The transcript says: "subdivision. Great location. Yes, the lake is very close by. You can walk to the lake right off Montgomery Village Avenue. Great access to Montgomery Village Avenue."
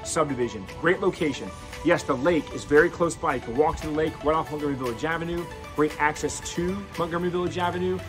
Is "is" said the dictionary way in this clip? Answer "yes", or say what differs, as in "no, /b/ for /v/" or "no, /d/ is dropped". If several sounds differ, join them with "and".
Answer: yes